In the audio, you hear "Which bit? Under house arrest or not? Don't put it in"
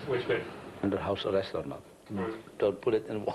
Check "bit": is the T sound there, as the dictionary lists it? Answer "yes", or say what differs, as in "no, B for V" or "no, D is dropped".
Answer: no, T is dropped